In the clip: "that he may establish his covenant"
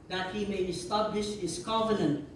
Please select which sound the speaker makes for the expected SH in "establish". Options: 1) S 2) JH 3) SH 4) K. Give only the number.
3